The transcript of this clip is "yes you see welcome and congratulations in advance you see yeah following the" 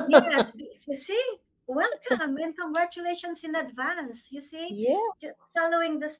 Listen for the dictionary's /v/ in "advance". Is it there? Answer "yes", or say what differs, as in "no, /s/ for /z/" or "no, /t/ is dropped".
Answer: yes